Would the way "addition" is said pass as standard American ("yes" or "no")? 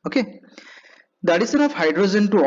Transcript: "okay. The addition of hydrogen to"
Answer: no